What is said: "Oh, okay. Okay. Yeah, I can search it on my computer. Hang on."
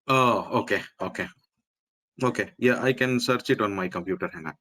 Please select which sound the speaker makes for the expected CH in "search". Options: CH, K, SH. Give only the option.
CH